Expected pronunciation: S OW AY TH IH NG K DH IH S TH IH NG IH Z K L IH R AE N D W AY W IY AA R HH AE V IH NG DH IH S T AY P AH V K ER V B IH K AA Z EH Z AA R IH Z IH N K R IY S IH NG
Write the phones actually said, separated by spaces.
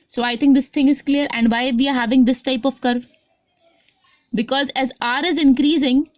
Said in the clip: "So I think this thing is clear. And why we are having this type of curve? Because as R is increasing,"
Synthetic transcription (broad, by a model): S OW AY T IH NG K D IH S T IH NG IH Z K L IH R AE N D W AY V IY AA R HH AE V IH NG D IH S T AY P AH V K ER V B IH K AA Z EH Z AA R IH Z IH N K R IY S IH NG